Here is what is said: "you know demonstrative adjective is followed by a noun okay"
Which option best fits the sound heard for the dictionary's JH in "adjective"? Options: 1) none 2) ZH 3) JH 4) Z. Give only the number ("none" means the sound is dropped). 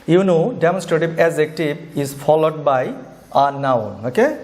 4